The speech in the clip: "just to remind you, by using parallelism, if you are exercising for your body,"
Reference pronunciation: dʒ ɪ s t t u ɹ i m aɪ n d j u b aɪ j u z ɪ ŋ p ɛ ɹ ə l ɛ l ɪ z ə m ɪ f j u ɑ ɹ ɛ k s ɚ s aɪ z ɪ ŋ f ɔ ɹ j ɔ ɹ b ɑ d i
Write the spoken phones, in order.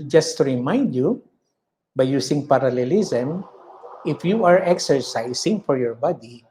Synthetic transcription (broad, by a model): dʒ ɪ s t t u ɹ i m aɪ n d j u b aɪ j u s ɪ ŋ p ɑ ɹ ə l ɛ l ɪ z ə m ɪ f j u ɑ ɹ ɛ k s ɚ s aɪ s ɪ ŋ f ɔ ɹ j ɔ ɹ b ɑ d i